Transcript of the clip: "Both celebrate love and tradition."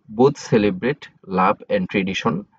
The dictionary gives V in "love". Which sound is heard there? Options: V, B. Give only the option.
B